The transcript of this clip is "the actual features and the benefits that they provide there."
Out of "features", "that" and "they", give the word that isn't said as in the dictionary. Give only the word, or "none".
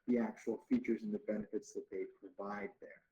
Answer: none